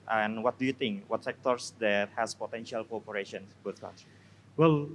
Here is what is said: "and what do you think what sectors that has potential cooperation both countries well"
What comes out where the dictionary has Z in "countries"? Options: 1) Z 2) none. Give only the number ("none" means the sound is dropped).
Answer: 2